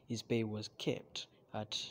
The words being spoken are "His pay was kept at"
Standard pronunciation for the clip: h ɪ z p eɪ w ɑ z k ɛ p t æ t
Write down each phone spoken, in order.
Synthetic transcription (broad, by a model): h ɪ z b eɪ w ɑ z k ɛ p t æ t